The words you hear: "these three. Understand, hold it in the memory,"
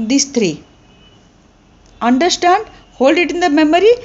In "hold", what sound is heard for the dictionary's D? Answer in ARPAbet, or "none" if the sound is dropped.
D